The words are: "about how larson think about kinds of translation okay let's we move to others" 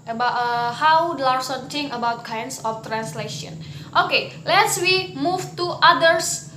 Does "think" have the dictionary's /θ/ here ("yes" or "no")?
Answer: no